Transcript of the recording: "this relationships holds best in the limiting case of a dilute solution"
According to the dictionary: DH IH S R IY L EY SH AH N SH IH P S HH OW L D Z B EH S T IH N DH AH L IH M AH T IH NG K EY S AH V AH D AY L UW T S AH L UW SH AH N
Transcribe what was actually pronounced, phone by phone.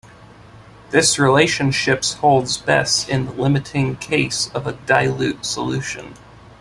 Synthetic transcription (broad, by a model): DH IH S R IY L EY SH AH N SH IH P S HH OW L D Z B EH S T IH N DH AH L IH M AH T IH NG K EY S AH V AH D AY L UW T S AH L UW SH AH N